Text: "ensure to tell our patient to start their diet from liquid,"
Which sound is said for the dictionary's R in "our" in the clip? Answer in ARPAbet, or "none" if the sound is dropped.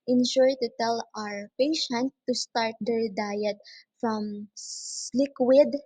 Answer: R